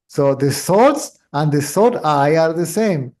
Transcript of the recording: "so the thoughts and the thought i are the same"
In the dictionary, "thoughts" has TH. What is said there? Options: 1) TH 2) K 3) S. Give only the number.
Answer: 3